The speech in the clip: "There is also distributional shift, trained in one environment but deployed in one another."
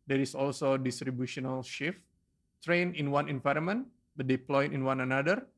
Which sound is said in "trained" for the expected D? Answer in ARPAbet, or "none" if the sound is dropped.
none